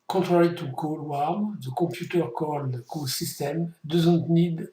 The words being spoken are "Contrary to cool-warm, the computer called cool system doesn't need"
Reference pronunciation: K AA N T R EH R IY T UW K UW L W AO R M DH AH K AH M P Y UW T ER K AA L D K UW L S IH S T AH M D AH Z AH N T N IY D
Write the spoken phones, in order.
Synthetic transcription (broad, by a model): K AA T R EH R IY T UW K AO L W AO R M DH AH K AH P Y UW T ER K AA L D K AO S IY S T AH M D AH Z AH N T N IY D